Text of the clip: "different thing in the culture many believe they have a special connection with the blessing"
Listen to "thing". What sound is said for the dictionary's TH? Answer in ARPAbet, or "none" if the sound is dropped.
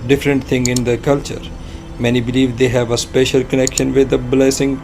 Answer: T